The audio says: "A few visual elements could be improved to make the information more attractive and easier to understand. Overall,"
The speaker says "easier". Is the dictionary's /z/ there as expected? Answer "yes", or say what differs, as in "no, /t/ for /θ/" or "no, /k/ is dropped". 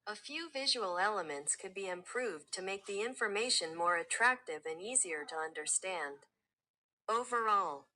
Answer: yes